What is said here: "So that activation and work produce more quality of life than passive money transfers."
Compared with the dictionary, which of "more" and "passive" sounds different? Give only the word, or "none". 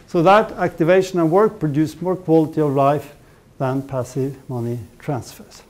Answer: none